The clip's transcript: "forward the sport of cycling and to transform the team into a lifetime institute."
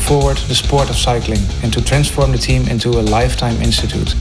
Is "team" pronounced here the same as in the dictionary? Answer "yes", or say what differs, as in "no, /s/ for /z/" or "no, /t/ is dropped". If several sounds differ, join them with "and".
yes